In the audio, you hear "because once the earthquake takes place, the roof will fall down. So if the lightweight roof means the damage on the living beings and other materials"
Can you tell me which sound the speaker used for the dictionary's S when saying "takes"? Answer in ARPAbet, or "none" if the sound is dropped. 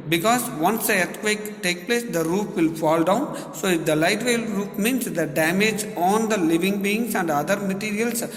none